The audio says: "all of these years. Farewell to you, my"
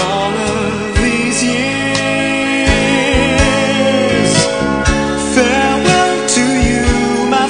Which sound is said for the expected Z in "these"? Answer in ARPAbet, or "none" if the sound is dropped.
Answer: Z